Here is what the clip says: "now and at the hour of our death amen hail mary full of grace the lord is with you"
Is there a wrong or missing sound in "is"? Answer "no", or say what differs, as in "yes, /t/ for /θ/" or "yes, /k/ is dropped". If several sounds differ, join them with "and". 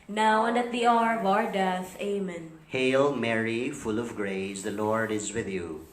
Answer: no